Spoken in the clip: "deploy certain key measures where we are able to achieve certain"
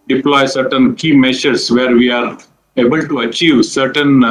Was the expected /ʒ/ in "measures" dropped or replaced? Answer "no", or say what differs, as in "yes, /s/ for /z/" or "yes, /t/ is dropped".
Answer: yes, /ʃ/ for /ʒ/